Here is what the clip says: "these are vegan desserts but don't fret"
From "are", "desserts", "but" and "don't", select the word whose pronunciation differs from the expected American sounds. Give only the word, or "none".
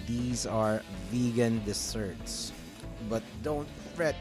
desserts